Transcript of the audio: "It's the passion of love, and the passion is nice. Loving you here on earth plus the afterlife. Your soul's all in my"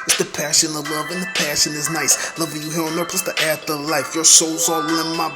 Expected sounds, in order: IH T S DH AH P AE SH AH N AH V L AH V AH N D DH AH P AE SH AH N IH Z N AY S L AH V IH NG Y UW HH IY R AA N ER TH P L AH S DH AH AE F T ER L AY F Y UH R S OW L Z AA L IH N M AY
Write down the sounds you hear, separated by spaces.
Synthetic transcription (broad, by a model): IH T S DH AH P AE SH AH N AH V L AH V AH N DH AH P AE SH AH N IH Z N AY S L AH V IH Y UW HH IY R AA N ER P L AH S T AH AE T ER L AY F Y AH R S OW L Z AA L IH N M AY